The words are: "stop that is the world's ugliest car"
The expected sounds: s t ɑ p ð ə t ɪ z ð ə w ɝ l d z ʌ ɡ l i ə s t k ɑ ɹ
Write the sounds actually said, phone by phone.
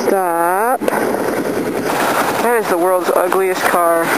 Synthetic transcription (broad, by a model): t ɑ p ð ə t ɪ z ð ə w ɝ l d z ʌ ɡ l i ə s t k ɑ ɹ